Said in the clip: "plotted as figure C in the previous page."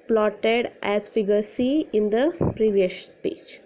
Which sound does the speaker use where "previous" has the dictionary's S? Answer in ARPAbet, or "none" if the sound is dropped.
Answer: SH